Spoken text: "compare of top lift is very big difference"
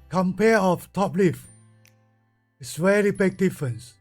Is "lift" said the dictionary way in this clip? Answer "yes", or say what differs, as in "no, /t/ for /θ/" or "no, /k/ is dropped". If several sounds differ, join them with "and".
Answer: no, /t/ is dropped